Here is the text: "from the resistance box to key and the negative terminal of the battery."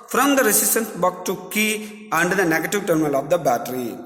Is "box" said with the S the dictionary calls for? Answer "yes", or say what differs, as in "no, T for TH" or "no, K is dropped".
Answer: no, S is dropped